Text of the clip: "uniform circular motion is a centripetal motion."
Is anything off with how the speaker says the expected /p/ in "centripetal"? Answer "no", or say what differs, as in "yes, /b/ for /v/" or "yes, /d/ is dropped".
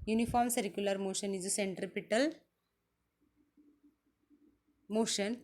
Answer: no